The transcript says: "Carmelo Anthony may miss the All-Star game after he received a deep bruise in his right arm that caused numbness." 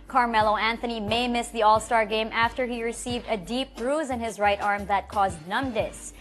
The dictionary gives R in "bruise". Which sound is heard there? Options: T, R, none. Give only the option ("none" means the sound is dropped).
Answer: R